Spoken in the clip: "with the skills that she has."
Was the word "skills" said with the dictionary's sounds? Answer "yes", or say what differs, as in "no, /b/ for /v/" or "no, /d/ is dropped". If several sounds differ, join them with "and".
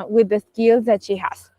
yes